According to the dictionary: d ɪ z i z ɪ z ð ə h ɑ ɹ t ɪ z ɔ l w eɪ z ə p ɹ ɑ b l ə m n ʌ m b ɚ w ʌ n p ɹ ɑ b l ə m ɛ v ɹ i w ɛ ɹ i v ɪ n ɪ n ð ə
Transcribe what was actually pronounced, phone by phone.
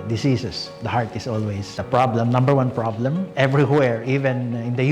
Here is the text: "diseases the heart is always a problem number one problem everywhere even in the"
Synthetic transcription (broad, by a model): d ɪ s i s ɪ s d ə h ɑ ɹ t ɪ s ɔ l w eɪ s ə p ɹ ɑ b l ə m n ʌ m b ɚ w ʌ n p ɹ ɑ b l ə m ɛ v ɹ i w ɛ ɹ i v ɪ n ɪ n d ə